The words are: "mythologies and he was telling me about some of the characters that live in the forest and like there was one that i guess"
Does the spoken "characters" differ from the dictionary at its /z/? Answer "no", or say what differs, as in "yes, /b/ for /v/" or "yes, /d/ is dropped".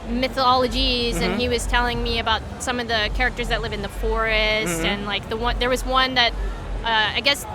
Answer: no